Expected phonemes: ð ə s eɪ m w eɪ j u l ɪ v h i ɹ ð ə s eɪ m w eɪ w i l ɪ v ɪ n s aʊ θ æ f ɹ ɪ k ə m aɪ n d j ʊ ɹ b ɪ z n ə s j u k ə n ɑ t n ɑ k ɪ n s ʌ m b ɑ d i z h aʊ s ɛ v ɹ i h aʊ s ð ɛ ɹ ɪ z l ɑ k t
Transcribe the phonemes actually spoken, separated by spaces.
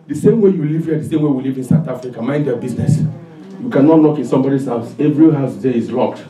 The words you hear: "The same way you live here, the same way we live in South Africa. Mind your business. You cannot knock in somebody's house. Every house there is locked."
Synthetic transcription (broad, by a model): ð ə s eɪ m w eɪ j u l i v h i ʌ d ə s eɪ m w eɪ w i l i v ɪ n s aʊ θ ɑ f ɹ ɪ k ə m aɪ n d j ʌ b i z n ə s j u k ə n ɑ t l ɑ k ɪ n s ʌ m b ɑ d i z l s ɛ v ɹ i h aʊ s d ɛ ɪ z l ɑ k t